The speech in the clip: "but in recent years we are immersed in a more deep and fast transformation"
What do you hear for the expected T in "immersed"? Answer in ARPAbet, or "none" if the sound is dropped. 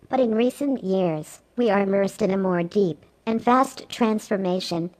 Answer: T